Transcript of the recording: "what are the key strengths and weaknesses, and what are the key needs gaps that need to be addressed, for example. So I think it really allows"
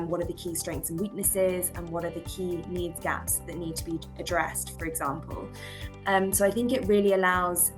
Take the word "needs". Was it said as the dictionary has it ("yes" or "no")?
yes